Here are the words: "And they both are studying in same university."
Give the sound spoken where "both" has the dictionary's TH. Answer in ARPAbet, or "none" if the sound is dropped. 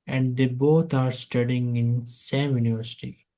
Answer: T